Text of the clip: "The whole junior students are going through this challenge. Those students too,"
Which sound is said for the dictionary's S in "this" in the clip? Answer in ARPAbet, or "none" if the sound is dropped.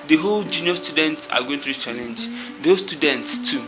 none